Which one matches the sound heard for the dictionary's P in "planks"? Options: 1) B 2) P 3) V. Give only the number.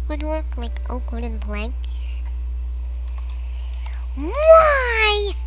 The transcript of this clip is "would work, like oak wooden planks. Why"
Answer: 1